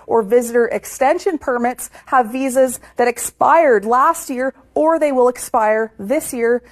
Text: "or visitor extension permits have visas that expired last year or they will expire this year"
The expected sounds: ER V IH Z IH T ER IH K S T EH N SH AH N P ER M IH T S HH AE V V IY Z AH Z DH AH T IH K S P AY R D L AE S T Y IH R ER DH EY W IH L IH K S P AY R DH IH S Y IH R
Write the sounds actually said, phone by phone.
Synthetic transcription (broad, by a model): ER V IH Z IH T ER IH K S T EH N SH AH N P ER M IH T S HH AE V V IY Z AH Z DH AH T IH K S P AY R D L AE S T Y IH R ER DH EY W IH L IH K S P AY R DH IH S Y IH R